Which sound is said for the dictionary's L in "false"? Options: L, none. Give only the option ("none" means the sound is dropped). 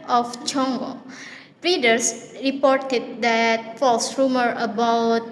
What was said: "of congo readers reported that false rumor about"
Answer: L